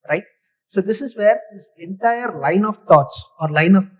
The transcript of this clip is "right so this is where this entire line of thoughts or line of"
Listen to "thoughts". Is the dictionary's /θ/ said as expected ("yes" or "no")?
no